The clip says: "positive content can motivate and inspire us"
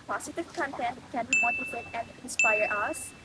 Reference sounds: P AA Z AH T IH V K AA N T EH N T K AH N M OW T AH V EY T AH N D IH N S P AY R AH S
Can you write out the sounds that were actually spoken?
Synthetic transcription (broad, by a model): P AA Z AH T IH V K AA N T EH N T K AH N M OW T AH F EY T AH N D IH N S P AY R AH S